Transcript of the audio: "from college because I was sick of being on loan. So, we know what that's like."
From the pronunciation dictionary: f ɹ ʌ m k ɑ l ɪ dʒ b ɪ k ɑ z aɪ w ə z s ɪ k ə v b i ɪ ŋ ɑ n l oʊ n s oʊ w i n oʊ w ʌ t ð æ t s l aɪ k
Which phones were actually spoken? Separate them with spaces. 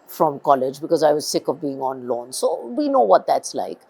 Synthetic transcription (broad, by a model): f ɹ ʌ m k ɑ l ɪ dʒ b ɪ k ɑ z aɪ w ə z s ɪ k ə v b i ɪ ŋ ɑ n l oʊ n s oʊ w i n oʊ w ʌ t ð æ t s l aɪ k